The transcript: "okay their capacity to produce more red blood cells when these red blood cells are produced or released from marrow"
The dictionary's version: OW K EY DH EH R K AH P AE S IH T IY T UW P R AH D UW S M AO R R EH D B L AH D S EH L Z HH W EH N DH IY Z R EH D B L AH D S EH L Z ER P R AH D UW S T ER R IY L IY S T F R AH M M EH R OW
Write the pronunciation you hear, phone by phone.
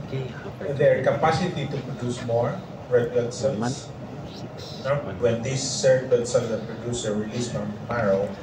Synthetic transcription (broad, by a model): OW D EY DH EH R K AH P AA S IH T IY T UW P R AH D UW S M AO R R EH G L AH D S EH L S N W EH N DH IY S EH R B AH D S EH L ER P R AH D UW S ER R IY L IY S T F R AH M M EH R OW